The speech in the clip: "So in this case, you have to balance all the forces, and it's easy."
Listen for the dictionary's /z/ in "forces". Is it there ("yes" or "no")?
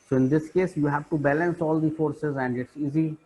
yes